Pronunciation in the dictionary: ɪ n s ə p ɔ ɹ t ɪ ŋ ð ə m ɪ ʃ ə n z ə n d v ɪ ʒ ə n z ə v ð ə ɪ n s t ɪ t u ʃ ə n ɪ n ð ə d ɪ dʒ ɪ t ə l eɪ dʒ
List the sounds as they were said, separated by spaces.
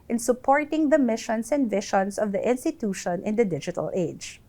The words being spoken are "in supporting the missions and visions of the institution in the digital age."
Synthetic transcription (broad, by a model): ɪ n s ə p ɔ ɹ t ɪ ŋ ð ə m ɪ ʃ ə n s ə n d v ɪ ʃ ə n s ə v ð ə ɪ n s t ɪ t u ʃ ə n ɪ n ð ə d ɪ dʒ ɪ t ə l eɪ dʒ